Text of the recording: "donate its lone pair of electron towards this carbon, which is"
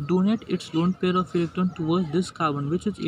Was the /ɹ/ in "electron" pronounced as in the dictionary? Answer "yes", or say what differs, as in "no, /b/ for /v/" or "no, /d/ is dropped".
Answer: no, /ɹ/ is dropped